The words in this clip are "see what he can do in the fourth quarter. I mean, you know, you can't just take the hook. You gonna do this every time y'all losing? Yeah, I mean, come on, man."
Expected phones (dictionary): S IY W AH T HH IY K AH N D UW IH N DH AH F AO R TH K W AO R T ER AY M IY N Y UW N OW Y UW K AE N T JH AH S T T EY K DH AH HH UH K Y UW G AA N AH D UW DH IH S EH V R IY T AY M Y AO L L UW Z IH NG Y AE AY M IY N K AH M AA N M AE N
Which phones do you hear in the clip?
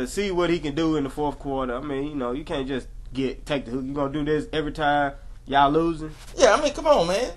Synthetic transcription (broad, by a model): S IY W AH T HH IY K AH N D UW IH N DH AH F AO R TH K W AO R T ER AY M IY N Y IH N OW Y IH K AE N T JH AH S T T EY K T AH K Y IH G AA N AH D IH DH IH S EH V R IY T AY M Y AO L L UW Z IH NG Y AE AY M IY N K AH M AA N M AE N